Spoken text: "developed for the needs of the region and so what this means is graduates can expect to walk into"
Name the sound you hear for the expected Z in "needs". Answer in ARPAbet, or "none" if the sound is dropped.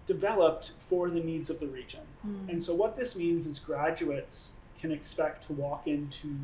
Z